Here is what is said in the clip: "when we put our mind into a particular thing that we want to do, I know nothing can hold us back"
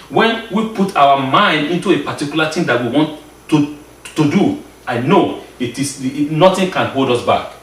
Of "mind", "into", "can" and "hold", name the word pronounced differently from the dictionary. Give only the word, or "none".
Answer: none